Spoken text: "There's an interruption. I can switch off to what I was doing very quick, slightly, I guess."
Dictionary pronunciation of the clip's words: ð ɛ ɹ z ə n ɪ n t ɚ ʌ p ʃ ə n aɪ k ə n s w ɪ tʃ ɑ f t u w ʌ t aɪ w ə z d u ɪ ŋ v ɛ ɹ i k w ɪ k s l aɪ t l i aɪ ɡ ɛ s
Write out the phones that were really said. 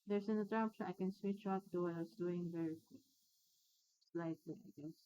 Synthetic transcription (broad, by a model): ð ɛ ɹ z ə n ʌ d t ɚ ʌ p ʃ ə aɪ k ə n s w ɪ tʃ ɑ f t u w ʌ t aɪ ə s d u ɪ ŋ v ɛ ɹ i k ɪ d s l aɪ t l i aɪ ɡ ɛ s